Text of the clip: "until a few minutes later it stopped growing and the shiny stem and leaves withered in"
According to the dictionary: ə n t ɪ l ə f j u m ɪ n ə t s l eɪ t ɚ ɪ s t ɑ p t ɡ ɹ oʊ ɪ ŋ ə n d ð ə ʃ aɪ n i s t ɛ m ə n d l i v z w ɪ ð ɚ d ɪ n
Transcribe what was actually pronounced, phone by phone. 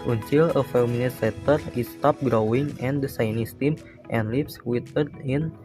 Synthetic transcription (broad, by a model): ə n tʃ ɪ l ə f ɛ m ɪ n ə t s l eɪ t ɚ ɪ s t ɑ p ɡ ɹ oʊ ɪ ŋ ə n d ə s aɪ n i s t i m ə n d l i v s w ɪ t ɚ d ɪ n